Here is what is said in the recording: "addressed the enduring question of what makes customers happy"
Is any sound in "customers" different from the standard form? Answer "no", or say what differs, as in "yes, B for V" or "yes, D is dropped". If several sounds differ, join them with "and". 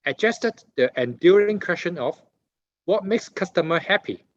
yes, Z is dropped